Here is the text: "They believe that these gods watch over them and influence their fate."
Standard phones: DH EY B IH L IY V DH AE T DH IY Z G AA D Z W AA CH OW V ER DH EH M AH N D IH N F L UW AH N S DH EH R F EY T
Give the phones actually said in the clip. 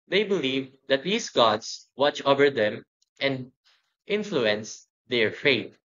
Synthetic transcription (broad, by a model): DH EY B IH L IY V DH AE T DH IY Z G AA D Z W AA CH OW V ER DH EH M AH N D IH N F L UW AH N S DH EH R F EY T